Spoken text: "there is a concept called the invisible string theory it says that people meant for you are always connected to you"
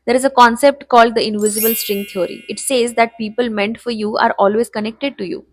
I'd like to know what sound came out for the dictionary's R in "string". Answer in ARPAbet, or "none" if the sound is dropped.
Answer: R